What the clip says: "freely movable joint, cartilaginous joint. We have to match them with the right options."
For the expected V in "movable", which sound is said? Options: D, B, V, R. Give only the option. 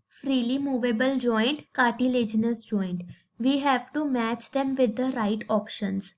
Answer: V